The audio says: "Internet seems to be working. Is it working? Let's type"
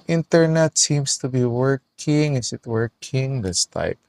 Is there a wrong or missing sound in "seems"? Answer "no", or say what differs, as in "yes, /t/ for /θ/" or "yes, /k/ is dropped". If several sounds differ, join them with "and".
yes, /s/ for /z/